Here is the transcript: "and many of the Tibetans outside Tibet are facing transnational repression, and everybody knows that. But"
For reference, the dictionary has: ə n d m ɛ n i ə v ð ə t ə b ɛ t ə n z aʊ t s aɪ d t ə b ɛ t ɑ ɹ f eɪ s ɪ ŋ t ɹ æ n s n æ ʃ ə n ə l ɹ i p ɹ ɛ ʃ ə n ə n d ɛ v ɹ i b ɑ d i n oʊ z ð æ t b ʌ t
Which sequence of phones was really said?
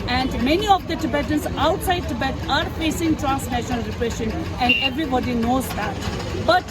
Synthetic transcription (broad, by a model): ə n d m ɛ n i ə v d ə t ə b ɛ t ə n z aʊ t s aɪ d t ə b ɛ t ɑ ɹ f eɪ s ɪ ŋ t ɹ æ n s n æ ʃ ə n ə l ɹ i p ɹ ɛ ʃ ə n ə n d ɛ v ɹ i b ɑ d i n oʊ z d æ t b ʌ t